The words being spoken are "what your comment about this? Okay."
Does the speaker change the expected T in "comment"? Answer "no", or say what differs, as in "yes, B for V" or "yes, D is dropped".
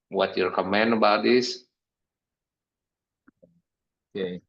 yes, T is dropped